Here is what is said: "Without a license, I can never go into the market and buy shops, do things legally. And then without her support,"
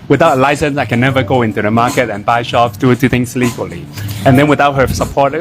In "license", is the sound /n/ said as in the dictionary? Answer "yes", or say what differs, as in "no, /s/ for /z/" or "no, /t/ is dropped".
yes